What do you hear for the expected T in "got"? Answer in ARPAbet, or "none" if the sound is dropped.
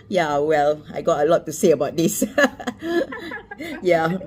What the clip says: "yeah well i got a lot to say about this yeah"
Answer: T